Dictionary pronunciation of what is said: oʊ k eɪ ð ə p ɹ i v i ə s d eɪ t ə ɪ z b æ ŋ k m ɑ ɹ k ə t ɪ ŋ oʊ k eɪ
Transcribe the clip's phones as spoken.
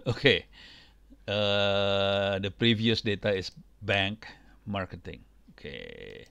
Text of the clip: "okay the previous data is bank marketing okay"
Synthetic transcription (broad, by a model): oʊ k eɪ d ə p ɹ i v i ə s d eɪ t ə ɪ s b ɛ ŋ k m ɑ ɹ k ə t ɪ ŋ oʊ k eɪ